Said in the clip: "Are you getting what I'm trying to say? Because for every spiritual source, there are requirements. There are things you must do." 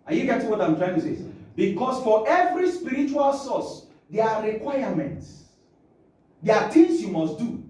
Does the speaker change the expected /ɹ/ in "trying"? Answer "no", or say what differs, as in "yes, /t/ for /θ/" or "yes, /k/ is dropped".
no